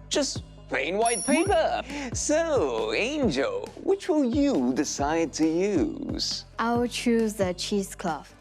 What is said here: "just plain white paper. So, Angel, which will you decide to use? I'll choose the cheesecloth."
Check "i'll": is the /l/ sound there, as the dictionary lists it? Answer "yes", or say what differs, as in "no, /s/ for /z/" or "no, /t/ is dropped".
no, /w/ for /l/